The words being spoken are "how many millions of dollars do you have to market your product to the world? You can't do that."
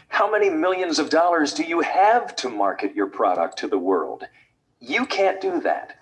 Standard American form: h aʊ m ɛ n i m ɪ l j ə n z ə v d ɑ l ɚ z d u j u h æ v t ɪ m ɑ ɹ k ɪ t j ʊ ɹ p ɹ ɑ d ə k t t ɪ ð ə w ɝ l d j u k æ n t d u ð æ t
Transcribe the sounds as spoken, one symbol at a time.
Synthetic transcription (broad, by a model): h aʊ m ɛ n i m ɪ l j ə n z ə v d ɑ l ɚ z d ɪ j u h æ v t ɪ m ɑ ɹ k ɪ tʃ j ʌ ɹ p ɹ ɑ d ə k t t ɪ ð ə w ɝ l d j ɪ k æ n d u ð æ t